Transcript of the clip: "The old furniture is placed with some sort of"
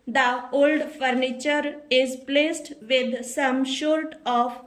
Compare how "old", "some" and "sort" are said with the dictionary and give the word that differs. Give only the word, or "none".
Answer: sort